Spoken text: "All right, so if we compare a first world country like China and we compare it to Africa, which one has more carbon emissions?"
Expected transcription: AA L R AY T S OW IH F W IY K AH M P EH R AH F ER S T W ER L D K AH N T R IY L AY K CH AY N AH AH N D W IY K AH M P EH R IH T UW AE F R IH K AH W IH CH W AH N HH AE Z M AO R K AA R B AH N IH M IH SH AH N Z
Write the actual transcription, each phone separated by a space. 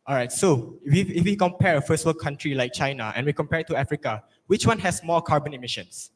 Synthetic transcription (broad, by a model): AA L R AY T S OW IH F W IY K AH M P EH R AH F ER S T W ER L K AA N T R IY L AY K CH AY N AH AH N W IY K AH M P EH R IH T UW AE F R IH K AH W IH CH W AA N HH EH S M AO K AA R B AH N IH M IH SH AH N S